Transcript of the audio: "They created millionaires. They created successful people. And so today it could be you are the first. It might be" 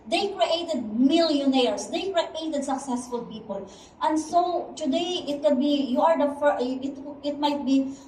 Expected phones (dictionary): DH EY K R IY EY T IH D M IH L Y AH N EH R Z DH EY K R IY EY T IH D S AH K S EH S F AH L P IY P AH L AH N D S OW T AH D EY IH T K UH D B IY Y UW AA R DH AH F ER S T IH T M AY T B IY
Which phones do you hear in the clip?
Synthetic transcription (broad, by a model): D EY K R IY EY T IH D M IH L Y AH N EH R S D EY K R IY EY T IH D S AH K S EH S F AH L P IY P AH L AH N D S OW T AH D EY IH T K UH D B IY Y UW AA R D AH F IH T IH T M AY T B IY